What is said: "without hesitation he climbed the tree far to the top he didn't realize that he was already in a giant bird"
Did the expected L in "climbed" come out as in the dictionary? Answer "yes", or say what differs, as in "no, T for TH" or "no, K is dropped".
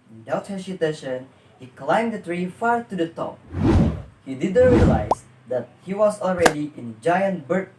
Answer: yes